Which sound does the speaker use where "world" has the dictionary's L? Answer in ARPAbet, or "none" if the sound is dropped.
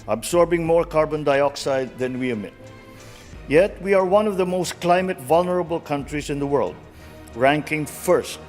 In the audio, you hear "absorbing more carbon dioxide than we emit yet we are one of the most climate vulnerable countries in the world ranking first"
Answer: L